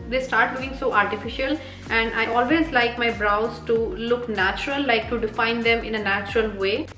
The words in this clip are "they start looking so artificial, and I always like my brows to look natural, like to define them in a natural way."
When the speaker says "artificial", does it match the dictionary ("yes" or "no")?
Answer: yes